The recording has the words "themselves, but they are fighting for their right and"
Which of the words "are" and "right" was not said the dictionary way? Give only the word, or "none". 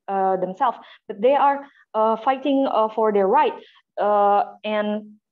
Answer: none